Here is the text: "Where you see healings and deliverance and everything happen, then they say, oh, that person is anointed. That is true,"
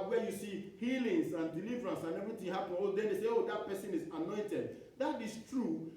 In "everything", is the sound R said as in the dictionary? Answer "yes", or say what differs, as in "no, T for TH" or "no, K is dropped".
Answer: no, R is dropped